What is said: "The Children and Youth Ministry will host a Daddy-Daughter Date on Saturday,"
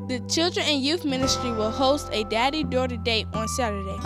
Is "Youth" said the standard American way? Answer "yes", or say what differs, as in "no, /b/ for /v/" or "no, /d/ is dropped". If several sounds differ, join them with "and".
yes